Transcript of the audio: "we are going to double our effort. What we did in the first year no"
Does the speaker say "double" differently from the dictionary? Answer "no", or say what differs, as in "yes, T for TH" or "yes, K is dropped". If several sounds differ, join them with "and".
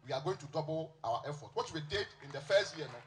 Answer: yes, W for L